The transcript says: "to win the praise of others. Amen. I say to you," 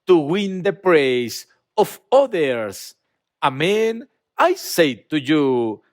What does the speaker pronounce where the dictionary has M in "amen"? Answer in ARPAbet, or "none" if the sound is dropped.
M